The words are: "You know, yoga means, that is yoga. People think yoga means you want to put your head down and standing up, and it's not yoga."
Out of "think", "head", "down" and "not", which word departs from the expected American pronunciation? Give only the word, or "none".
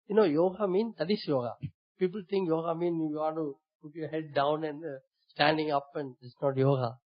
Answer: think